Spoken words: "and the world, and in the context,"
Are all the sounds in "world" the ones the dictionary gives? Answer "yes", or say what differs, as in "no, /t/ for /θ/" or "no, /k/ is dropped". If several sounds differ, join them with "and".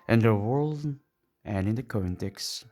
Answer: yes